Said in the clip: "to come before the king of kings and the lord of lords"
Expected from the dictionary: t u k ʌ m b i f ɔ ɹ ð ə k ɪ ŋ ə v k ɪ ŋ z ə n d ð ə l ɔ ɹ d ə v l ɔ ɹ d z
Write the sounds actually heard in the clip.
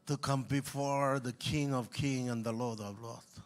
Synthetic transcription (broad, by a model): t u k ʌ m b i f ɔ ɹ ð ə k ɪ ŋ ə v k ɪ ŋ ə n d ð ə l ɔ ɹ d ə v l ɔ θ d